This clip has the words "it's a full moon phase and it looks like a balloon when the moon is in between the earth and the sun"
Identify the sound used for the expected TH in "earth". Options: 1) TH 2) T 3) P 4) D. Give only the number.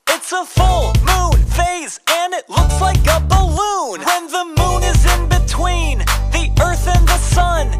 1